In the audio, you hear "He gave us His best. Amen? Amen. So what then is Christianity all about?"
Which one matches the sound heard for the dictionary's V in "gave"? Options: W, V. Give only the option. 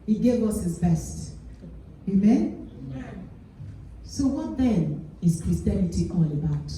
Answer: V